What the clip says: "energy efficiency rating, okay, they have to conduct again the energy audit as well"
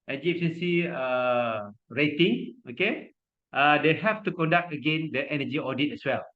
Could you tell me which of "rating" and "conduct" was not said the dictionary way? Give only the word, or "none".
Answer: none